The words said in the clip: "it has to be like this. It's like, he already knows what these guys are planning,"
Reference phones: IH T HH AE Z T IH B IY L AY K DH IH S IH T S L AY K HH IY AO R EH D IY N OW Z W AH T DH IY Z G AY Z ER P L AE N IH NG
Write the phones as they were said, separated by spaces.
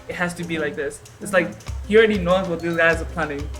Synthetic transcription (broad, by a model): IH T HH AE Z T IH B IY L AY K DH IH S IH T S L AY K HH IY AO R EH D IY N OW Z W AH T DH IY Z G AY Z ER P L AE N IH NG